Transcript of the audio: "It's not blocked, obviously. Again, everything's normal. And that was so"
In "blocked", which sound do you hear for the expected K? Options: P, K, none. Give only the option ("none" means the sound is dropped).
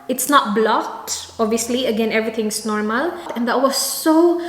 none